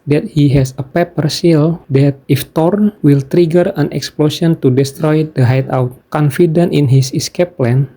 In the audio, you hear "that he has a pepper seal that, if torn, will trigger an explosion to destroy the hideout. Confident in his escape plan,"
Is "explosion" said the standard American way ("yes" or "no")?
no